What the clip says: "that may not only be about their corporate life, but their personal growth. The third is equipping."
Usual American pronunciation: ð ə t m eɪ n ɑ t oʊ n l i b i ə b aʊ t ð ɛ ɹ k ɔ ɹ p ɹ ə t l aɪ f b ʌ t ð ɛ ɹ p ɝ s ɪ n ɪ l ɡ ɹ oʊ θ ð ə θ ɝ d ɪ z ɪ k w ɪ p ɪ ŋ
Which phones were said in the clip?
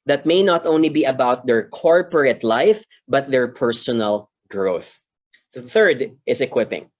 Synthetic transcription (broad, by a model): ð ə t m eɪ n ɑ t oʊ n l i b i ə b aʊ t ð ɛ ɹ k ɔ ɹ p ɹ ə t l aɪ f b ʌ t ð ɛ ɹ p ɝ s ɪ n ɪ l ɡ ɹ oʊ θ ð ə θ ɝ d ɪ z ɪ k w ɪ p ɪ ŋ